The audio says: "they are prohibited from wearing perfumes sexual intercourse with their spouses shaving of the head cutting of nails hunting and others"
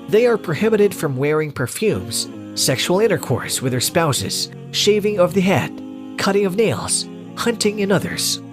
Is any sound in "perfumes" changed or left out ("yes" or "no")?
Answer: no